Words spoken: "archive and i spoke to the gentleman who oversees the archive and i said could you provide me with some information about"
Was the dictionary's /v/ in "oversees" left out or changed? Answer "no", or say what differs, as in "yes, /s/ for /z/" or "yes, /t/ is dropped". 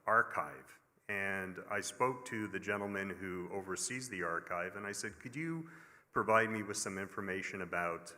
no